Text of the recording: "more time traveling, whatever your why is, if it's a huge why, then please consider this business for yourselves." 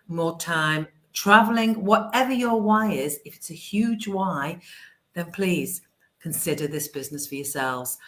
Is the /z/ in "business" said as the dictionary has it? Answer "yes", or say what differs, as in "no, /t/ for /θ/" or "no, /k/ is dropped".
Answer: yes